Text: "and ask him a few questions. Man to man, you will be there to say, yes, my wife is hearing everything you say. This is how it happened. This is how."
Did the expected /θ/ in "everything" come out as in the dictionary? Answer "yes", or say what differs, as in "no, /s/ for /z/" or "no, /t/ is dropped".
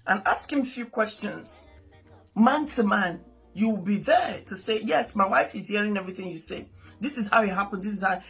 yes